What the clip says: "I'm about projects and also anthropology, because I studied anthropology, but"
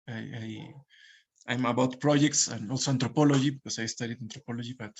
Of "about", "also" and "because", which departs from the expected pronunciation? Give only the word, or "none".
because